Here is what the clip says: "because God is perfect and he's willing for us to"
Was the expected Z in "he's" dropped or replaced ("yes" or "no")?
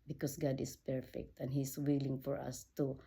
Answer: yes